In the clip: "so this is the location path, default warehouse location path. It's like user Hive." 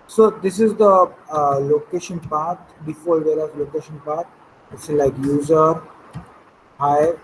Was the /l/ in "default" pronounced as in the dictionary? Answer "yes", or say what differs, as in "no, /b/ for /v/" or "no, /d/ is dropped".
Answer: no, /l/ is dropped